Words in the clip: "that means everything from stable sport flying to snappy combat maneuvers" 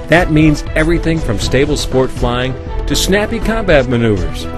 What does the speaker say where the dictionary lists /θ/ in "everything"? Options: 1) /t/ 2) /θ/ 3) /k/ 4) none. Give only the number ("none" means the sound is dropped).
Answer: 2